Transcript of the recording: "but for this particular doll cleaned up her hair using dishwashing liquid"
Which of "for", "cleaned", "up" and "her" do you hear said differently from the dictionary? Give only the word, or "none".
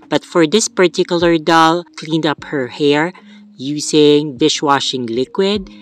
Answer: none